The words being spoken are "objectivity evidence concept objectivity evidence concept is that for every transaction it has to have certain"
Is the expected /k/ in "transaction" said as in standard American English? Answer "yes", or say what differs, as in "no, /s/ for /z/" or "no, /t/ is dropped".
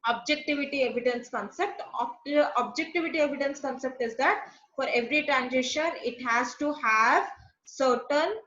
no, /k/ is dropped